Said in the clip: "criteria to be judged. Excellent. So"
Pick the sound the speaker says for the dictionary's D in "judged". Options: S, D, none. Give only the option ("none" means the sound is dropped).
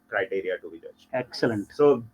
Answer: none